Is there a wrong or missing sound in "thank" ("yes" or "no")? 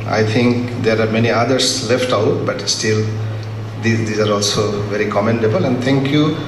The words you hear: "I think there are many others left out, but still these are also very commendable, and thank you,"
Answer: yes